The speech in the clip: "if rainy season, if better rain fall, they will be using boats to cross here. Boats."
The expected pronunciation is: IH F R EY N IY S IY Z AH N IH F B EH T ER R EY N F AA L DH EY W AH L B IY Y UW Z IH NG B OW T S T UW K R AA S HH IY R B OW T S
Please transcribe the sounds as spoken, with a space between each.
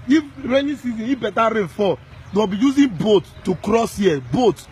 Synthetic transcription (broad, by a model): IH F R EY N IY S IY Z AH N IH F B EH T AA R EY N F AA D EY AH B IY Y UW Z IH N B OW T T UW K R AA S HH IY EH B OW T